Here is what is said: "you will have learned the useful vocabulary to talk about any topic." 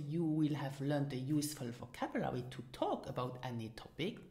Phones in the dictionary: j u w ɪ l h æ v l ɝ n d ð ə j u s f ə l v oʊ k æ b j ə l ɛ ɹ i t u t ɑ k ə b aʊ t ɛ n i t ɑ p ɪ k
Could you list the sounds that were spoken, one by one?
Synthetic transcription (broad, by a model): j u w ɪ l h æ v l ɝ n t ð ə j u s f ə l f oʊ k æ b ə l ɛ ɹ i t u t ɑ k ə b aʊ t ɛ n i t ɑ p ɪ k